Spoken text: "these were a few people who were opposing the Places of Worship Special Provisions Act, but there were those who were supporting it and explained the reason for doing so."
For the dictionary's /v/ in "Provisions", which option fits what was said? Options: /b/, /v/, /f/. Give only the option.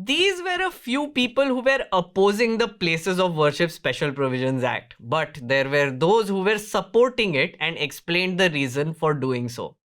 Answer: /v/